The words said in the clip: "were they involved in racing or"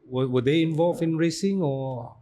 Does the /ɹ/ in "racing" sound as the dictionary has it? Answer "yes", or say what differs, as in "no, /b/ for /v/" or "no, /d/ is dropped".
yes